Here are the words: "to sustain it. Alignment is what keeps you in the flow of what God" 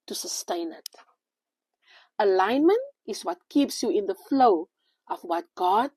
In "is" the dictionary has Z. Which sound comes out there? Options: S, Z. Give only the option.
S